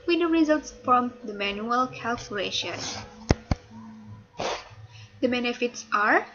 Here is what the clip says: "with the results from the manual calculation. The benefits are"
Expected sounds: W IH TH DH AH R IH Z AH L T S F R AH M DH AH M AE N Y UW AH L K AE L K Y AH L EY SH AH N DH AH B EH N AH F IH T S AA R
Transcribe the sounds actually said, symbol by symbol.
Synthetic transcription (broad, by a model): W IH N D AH R IH Z AH L T S F R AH M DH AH M AE N Y UW AH L K AE L K Y AH L EY SH AH N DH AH B EH N AH F IH T S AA R